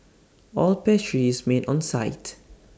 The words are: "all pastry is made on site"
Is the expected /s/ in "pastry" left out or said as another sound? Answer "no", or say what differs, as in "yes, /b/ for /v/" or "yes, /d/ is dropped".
yes, /s/ is dropped